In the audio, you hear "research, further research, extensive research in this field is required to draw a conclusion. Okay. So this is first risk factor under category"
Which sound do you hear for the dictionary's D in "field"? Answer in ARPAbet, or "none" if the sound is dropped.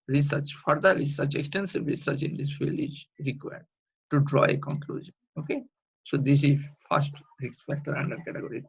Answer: none